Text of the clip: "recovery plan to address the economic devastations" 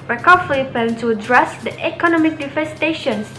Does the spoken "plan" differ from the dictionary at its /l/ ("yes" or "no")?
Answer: yes